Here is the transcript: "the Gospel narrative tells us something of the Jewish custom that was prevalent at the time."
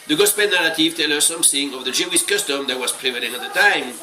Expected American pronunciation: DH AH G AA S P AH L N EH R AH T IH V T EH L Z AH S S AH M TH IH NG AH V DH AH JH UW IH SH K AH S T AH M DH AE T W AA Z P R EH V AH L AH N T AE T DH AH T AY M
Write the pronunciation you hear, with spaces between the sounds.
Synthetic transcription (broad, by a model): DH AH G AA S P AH N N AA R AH T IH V T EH L AH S S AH M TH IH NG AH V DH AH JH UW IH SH K AH S T AH M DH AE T W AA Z P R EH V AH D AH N AA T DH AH T AY M